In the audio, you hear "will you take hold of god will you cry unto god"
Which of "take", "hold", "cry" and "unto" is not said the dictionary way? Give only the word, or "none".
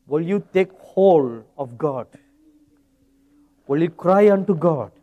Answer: none